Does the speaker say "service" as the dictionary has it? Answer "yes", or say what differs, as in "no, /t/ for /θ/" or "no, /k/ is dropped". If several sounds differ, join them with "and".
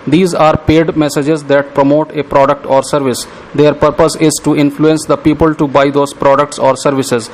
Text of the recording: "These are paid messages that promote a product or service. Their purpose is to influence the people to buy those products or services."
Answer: yes